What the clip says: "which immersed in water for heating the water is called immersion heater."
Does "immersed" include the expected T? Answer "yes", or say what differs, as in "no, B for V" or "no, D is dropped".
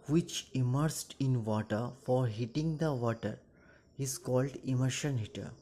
yes